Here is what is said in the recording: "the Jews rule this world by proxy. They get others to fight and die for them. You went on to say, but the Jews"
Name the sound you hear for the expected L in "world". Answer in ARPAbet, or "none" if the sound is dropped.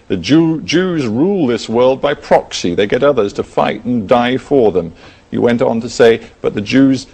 L